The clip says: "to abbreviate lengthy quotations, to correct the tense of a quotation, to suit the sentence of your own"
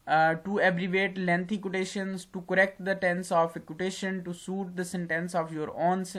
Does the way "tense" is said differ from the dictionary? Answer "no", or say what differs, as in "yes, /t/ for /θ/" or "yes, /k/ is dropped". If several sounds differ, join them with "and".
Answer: no